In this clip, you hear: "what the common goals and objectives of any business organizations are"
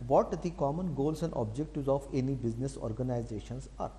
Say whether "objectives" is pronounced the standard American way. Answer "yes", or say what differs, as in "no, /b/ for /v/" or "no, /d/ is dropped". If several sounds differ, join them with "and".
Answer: no, /v/ is dropped